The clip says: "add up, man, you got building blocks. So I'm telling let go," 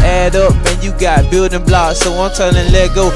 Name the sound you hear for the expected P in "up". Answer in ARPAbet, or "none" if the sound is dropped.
P